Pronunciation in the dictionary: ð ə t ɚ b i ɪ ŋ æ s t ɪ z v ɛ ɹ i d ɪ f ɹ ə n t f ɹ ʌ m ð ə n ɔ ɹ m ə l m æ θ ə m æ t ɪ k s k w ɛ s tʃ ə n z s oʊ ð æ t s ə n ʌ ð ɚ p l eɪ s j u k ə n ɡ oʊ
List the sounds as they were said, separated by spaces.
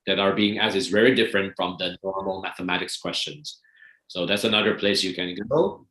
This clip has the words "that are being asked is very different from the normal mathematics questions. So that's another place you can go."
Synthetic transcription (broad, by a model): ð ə t ɚ b i ɪ ŋ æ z ɪ z v ɛ ɹ i d ɪ f ɹ ə n t f ɹ ʌ m ð ə n ɔ ɹ m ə l m æ θ ə m æ t ɪ k s k w ɛ s tʃ ə n z s oʊ ð æ t s ə n ʌ ð ɚ p l eɪ s j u k ə n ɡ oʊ